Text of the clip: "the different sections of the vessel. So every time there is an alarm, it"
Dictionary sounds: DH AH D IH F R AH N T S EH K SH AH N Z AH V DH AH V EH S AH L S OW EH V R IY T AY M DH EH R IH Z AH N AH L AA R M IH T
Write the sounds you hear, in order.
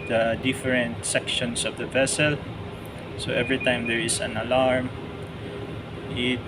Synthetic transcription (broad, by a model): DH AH D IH F R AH N T S EH K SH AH N S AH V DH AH V EH S AH L S OW EH V R IY T AY M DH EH R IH S AH N AH L AA R M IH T